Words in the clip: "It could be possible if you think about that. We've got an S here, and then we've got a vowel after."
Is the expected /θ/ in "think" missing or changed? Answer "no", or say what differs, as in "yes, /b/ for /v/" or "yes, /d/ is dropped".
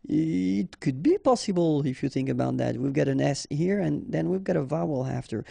no